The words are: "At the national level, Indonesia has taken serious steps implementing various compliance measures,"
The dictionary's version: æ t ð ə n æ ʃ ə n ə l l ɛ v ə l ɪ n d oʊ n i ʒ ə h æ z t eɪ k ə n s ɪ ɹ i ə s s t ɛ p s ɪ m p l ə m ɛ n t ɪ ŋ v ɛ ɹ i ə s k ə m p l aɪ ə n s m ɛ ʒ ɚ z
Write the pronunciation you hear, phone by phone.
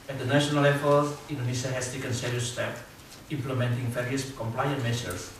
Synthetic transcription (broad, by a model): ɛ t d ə n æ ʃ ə n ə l l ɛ f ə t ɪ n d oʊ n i s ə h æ s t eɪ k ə n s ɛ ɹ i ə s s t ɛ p ɪ m p l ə m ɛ n t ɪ ŋ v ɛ ɹ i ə s k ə m p l aɪ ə n m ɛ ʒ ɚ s